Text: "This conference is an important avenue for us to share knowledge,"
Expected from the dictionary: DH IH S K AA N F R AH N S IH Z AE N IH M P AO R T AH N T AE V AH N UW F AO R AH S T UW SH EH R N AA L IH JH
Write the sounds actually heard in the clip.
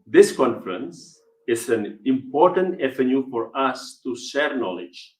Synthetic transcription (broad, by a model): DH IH S K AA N F R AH N S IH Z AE N IH M P AO R T AH N T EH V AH N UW F AO R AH S T UW SH EH R N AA L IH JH